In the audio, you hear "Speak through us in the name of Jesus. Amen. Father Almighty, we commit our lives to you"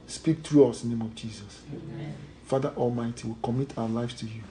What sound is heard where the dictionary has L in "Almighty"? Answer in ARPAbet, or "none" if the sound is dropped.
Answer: L